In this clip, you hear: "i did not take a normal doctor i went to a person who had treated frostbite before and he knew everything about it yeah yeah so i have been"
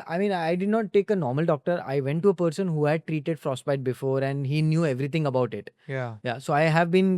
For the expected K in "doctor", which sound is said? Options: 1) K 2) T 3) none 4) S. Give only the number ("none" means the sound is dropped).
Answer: 1